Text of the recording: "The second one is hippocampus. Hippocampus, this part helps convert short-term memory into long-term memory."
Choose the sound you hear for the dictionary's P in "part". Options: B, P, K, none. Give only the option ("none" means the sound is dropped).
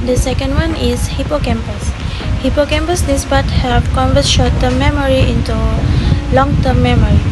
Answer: B